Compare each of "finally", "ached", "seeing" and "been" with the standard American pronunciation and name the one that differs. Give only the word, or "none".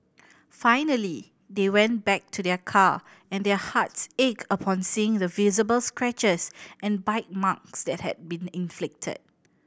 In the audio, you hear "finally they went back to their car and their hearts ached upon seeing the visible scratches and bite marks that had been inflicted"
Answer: ached